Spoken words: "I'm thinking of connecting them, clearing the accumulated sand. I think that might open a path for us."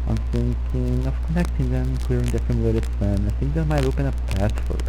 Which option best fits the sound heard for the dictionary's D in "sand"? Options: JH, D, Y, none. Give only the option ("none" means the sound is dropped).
none